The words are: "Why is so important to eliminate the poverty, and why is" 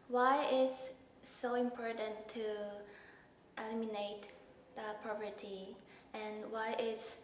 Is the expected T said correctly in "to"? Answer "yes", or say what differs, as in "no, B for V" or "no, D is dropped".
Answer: yes